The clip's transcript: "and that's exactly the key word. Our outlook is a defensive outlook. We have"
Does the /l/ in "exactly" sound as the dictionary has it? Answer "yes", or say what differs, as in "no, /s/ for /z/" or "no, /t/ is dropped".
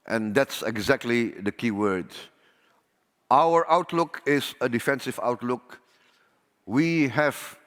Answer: yes